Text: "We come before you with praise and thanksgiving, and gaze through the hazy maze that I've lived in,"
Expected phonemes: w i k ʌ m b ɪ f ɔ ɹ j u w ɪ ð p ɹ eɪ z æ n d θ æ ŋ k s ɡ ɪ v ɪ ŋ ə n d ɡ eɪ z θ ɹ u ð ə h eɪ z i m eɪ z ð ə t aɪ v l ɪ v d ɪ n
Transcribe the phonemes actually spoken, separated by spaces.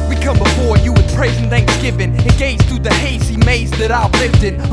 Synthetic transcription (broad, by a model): w i k ʌ m b ɪ f ɔ ɹ j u w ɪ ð p ɹ eɪ z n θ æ ŋ k s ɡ ɪ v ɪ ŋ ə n ɡ eɪ z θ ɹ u ð ə h eɪ s i m eɪ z ð ə t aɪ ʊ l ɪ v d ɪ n